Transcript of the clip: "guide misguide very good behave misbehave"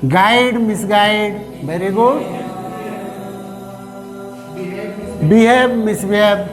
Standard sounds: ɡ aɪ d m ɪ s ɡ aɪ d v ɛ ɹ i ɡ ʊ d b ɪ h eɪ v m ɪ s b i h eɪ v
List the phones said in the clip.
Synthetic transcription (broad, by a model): ɡ aɪ d m ɪ s ɡ aɪ d b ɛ ɹ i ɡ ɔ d b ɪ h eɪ b m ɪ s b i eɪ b